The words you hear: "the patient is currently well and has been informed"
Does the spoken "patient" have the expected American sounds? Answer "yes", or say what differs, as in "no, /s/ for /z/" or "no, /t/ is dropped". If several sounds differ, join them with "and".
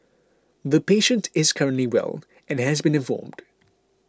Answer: yes